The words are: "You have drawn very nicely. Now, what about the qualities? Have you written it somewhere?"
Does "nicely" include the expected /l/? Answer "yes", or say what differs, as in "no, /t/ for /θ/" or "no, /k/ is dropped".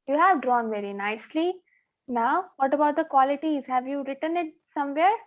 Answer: yes